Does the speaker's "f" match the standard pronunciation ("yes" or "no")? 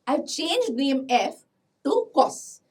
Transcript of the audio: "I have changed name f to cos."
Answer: yes